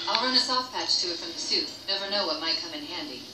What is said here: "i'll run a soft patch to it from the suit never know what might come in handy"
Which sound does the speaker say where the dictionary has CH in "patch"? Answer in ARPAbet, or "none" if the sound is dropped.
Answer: CH